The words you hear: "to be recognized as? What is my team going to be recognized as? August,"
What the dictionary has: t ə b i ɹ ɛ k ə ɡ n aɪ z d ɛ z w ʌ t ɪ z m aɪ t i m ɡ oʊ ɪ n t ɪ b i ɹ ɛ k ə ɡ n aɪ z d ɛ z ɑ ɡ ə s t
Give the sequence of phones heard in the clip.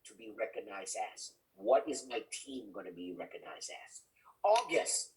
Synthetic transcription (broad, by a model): t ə b i ɹ ɛ k ə ɡ n aɪ z d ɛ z w ʌ t ɪ z m aɪ t i m ɡ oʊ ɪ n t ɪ b i ɹ ɛ k ə ɡ n aɪ z d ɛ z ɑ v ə s